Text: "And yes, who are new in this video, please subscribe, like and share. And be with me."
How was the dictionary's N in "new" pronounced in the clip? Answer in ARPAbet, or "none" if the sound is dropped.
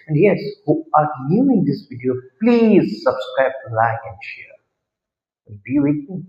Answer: L